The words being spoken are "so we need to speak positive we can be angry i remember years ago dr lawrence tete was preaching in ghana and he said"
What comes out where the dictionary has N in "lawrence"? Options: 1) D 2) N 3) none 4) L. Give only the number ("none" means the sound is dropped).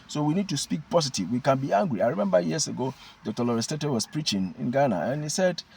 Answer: 3